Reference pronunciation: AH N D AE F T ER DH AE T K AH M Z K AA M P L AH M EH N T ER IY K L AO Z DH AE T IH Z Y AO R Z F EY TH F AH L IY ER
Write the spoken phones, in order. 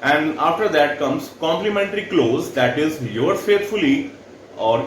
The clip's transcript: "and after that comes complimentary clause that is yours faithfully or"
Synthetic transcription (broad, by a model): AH N D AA F T ER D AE T K AH M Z K AA M P L AH M EH N T ER IY K L AO Z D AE T IH Z Y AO R F EY T F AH L IY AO